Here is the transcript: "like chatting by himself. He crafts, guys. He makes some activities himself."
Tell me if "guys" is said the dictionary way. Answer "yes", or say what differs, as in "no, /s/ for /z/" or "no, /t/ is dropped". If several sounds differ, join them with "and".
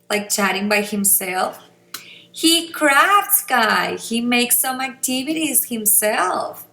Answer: no, /z/ is dropped